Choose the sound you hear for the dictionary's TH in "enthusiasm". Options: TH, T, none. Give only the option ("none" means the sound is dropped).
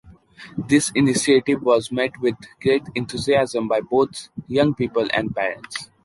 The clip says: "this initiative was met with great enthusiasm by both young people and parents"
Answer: T